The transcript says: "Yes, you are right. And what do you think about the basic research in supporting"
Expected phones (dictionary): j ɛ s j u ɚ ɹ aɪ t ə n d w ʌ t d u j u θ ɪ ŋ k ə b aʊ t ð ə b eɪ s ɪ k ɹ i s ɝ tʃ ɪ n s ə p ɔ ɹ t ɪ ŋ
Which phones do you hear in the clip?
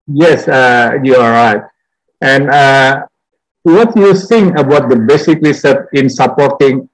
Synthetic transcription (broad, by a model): j ɛ s j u ɹ aɪ t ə n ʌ w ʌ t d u j u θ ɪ ŋ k ə b aʊ t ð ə b eɪ s ɪ k l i s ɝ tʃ ɪ n s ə p ɔ ɹ t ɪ ŋ